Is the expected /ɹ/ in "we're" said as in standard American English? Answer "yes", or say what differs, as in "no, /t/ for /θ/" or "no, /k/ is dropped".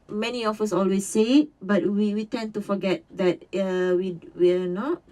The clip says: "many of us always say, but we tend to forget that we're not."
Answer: no, /w/ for /ɹ/